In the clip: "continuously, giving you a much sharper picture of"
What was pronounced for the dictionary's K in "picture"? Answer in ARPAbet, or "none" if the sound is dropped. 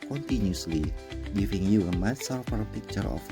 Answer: K